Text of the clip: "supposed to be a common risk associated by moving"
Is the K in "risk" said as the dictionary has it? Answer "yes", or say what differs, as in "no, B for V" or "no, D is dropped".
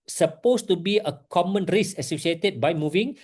no, K is dropped